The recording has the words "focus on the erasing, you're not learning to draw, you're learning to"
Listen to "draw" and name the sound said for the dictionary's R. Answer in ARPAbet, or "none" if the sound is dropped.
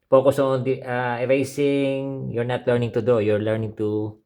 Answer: none